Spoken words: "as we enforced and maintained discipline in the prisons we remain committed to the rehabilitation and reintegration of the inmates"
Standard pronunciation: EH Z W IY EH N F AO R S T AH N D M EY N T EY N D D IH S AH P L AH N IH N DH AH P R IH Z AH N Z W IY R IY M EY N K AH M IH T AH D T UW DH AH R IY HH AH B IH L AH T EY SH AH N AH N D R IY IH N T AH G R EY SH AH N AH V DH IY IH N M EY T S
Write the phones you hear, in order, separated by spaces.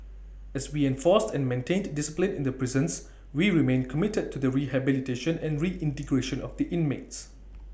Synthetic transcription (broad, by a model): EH S W IY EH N F AO S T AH N M EY N T EY N D D IH S AH P L AH N IH N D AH P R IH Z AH N S W IY R IY M EY N K AH M IH T AH D T UW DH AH R IY HH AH B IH L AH T EY SH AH N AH N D R IY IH N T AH G R EY SH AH N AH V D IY IH N M EY T S